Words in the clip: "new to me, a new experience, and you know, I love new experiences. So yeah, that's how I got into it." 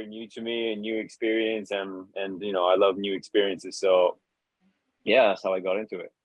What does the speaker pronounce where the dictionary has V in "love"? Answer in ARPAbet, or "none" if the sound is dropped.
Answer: V